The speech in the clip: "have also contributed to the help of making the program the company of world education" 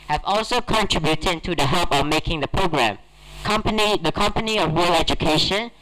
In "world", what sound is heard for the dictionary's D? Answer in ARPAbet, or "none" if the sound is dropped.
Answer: none